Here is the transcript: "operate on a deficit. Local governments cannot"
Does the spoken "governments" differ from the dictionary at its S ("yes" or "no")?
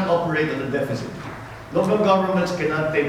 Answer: no